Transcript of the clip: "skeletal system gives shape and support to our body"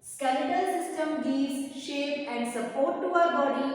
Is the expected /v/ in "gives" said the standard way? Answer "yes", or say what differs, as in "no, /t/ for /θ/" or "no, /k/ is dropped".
no, /v/ is dropped